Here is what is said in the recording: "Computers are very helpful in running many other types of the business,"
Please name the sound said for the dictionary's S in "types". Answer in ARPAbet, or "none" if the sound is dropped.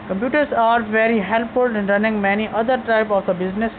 none